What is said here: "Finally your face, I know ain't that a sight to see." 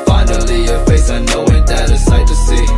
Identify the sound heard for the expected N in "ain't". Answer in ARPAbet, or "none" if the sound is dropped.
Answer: none